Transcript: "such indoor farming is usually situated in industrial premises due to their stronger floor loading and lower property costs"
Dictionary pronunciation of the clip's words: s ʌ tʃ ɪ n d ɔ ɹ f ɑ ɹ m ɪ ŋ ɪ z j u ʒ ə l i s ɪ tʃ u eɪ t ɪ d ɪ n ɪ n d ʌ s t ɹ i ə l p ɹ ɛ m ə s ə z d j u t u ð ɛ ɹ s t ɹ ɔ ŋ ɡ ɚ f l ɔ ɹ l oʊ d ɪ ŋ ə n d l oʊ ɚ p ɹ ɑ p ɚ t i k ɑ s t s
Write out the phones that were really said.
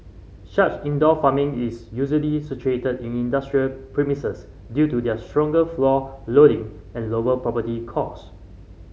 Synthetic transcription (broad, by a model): ʃ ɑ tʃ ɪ n d ɔ f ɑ m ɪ ŋ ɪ s j u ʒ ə l i s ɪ tʃ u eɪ t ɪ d ɪ n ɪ n d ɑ s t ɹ i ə l p ɹ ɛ m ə s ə s d j u t u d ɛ s t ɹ ɔ ŋ ɡ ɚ f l ɔ l oʊ d ɪ ŋ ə n l oʊ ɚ p ɹ ɑ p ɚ t i k ɑ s s